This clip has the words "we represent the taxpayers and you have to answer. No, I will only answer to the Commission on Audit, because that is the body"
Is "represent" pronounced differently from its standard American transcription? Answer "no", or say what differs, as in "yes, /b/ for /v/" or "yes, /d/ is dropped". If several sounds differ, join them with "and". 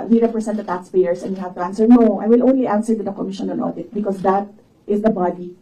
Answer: yes, /s/ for /z/